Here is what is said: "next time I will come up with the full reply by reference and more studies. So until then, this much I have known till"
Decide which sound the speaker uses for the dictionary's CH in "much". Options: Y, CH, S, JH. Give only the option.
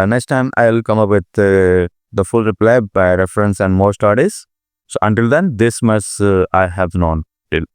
S